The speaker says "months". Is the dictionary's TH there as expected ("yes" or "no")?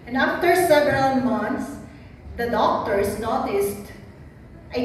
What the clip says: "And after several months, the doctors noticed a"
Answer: no